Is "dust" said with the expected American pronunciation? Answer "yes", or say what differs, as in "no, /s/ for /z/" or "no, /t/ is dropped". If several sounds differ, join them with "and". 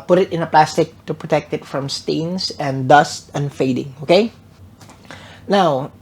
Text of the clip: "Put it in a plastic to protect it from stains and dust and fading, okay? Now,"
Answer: yes